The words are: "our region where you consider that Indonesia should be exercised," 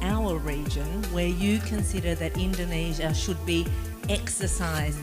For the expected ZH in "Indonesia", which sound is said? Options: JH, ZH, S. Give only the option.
ZH